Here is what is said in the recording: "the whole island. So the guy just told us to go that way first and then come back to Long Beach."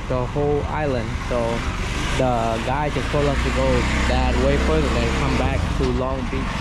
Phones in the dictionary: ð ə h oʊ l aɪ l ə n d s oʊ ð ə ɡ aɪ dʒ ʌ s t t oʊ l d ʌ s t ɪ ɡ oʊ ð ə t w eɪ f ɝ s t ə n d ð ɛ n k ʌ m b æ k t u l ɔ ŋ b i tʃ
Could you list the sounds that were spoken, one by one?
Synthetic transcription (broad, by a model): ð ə h oʊ l aɪ l ə n d s oʊ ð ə ɡ aɪ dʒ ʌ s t s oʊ l ʌ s t ɪ ɡ oʊ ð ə t w eɪ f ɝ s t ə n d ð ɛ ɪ k ʌ m b æ k t u l ɔ ŋ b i